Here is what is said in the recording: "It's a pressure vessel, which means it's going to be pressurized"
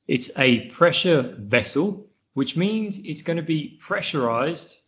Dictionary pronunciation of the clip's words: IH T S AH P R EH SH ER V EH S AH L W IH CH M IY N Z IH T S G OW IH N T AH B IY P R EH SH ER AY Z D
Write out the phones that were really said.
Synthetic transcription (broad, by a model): IH T S AH P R EH SH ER V EH S AH L W IH CH M IY N Z IH T S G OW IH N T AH B IY P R EH SH ER AY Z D